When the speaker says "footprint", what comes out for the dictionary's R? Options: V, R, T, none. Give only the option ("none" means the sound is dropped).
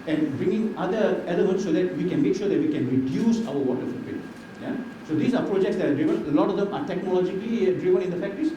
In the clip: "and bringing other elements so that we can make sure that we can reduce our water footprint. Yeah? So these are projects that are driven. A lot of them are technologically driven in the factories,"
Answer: none